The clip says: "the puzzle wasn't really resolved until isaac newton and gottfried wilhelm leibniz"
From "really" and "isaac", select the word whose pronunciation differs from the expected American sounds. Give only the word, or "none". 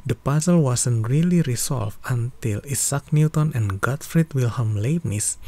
isaac